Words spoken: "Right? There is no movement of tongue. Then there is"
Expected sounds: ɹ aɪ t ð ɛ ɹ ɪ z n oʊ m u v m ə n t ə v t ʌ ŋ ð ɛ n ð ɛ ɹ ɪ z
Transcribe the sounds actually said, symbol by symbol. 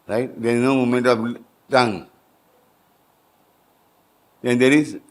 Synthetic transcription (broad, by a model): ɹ aɪ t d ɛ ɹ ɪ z n oʊ m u m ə n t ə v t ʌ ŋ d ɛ n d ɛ ɹ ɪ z